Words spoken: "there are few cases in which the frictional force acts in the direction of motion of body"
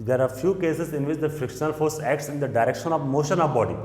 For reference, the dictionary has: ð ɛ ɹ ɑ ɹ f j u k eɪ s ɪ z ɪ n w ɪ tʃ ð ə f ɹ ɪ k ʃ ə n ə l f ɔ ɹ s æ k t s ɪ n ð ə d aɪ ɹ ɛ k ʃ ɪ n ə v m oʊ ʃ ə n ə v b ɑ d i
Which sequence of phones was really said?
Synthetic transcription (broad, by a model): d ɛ ɹ ɑ ɹ f j u k eɪ s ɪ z ɪ n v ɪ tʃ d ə f ɹ ɪ k ʃ ə n ə l f ɔ ɹ s æ k t s ɪ n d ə d aɪ ɹ ɛ k ʃ ɪ n ə v m oʊ ʃ ə n ə v b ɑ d i